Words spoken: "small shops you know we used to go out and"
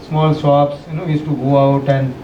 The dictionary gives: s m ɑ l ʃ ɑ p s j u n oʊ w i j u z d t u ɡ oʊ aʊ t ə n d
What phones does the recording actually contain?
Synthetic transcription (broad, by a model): s m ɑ l s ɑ p s j u n oʊ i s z t u ɡ oʊ aʊ t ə n d